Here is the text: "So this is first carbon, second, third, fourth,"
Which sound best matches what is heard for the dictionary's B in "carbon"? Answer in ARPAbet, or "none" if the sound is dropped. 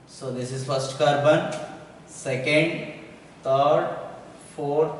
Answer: B